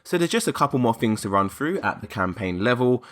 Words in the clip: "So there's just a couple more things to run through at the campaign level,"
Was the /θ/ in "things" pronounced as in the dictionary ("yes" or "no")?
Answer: yes